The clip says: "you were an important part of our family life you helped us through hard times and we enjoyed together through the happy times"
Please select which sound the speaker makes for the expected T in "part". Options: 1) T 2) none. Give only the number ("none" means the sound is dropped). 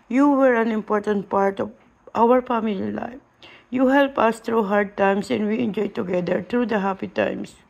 1